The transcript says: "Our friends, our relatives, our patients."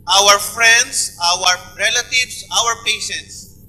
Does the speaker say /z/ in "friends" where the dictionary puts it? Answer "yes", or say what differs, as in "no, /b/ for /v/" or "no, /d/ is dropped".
no, /s/ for /z/